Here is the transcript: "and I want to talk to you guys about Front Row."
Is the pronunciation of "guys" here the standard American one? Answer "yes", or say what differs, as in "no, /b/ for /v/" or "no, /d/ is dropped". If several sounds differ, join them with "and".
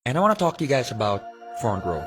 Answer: yes